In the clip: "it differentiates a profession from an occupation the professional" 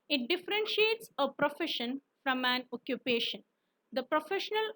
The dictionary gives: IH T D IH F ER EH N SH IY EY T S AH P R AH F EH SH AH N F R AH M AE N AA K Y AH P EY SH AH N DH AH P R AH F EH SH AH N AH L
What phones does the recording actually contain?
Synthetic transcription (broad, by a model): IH T D IH F ER EH N SH IY EY T S AH P R AH F EH SH AH N F R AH M AE N AA K Y AH P EY SH AH N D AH P R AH F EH SH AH N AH L